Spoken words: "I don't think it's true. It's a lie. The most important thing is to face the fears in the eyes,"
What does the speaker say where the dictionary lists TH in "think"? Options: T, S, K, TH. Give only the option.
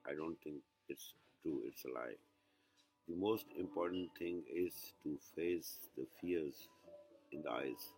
T